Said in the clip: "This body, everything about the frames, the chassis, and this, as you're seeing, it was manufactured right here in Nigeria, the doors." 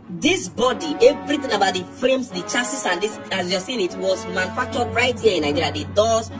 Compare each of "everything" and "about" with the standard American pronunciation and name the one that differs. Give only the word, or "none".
none